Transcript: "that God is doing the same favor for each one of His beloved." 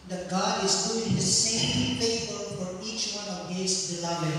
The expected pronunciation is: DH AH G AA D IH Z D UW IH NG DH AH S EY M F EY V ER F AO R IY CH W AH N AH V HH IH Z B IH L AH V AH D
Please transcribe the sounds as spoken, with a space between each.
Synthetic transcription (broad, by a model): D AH G AA D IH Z D UW IH NG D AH S EY M P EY P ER F AO R IY CH W AH N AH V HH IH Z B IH L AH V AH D